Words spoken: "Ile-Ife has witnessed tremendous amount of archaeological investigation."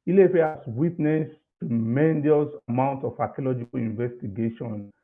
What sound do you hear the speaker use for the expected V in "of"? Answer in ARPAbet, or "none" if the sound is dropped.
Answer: F